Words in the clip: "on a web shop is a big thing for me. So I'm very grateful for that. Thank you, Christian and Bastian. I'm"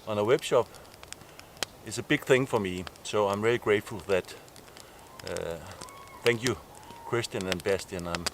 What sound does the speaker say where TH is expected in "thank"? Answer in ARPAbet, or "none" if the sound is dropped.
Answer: TH